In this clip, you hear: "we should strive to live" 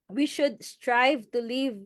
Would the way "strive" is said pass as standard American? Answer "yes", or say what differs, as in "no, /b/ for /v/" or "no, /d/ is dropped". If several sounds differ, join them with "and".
yes